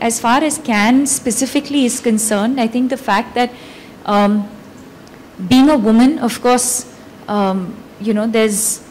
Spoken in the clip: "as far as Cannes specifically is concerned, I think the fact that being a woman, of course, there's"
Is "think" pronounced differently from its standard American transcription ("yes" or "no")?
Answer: yes